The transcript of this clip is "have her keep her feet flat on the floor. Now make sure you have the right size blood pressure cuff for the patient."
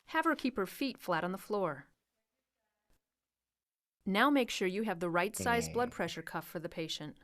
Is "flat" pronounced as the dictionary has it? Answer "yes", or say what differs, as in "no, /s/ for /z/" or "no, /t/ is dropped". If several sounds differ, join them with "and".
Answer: yes